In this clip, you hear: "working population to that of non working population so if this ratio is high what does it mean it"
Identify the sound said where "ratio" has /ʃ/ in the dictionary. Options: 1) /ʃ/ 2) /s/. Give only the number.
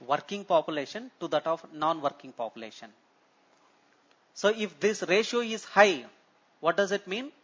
1